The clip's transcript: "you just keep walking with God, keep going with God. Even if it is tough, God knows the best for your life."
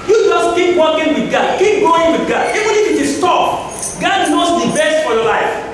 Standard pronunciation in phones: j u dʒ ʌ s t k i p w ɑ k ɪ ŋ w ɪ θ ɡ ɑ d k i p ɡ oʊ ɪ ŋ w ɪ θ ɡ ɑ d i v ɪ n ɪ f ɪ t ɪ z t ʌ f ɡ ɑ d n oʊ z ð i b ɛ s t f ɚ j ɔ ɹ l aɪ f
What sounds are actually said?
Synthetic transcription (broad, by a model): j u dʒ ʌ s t k i p w ɑ k ɪ ŋ w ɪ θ ɡ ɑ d k i p ɡ oʊ ɪ ŋ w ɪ ɡ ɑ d i v ɪ n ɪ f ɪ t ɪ s t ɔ p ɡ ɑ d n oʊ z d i b ɛ s t f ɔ j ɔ l aɪ f